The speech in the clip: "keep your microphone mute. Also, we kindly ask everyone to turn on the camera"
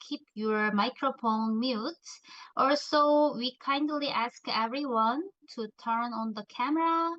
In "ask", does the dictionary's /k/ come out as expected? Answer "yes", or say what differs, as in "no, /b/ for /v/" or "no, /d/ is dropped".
yes